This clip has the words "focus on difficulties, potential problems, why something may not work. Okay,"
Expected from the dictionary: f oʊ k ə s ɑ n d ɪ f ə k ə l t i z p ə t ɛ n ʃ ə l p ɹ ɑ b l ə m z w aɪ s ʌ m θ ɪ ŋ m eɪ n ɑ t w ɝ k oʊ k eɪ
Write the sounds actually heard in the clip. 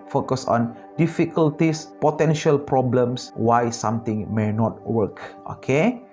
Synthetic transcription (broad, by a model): f oʊ k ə s ɑ n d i f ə k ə l t i s p ə t ɛ n ʃ ə l p ɹ ɑ b l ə m s w aɪ s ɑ m t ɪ ŋ m eɪ n ɑ t w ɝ k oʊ k eɪ